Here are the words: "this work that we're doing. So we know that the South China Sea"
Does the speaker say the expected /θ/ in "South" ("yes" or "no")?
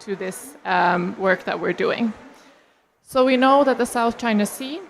yes